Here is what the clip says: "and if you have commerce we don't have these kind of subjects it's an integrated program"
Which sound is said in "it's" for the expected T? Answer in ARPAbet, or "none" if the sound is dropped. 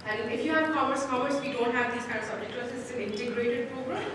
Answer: S